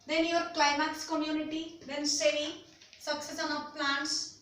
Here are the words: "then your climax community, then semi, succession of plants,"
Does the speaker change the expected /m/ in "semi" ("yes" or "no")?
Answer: yes